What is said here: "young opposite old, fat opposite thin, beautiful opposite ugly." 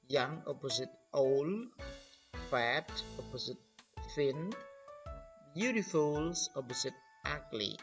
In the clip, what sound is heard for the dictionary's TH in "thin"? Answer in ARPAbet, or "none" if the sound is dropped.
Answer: F